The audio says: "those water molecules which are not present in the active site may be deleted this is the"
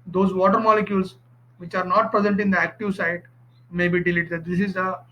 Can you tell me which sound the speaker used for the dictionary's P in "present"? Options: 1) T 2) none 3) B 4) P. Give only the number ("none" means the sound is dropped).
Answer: 4